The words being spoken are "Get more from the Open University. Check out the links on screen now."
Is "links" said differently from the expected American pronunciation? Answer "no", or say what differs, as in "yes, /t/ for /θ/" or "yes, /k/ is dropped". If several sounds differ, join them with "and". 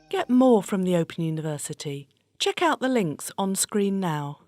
no